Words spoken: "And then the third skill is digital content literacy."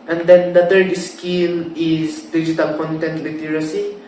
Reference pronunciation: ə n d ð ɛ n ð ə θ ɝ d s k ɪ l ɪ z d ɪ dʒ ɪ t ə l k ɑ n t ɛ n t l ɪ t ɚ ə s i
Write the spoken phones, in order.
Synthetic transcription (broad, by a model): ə n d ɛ n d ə t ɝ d s k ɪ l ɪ s d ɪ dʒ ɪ t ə l k ɑ n t ɛ n t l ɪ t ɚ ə s i